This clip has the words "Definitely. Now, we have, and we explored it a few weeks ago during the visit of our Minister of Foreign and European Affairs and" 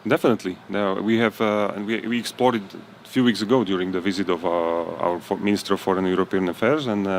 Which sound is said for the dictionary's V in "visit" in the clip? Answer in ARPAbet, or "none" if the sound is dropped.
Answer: V